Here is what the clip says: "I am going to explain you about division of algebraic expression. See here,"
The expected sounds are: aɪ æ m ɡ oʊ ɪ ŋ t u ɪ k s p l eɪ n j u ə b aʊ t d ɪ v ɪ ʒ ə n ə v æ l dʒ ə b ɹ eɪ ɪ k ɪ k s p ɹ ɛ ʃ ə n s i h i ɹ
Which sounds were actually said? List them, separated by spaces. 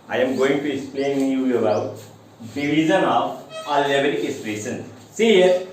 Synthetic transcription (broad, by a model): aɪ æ m ɡ oʊ ɪ ŋ t u ɪ k s p l eɪ n j u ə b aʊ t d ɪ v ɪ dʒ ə n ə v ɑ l ə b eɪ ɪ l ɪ s ɹ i s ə n s i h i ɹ